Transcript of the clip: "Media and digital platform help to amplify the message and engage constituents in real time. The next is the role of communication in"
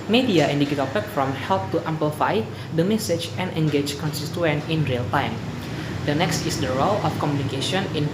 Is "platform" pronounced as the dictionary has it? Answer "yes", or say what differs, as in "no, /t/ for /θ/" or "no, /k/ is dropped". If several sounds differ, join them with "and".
no, /l/ is dropped